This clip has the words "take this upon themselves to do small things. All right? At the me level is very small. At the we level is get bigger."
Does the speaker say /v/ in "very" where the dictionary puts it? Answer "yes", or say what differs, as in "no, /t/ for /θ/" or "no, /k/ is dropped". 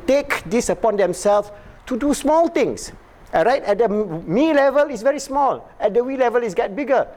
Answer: yes